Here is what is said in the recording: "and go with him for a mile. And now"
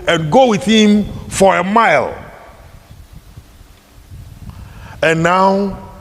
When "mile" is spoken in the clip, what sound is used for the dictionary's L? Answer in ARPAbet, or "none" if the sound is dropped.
L